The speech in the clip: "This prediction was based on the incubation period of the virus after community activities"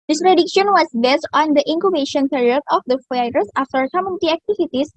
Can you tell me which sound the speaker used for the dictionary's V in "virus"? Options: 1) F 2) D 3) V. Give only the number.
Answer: 1